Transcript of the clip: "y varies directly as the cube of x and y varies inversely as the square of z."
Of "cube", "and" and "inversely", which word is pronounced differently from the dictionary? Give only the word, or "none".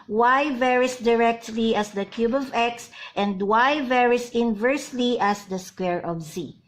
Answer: none